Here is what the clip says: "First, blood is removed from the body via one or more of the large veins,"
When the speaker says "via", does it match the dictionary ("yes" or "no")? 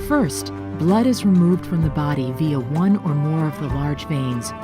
yes